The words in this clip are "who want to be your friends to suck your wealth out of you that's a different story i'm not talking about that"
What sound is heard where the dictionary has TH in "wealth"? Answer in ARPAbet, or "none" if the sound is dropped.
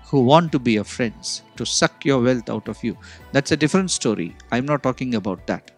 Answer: T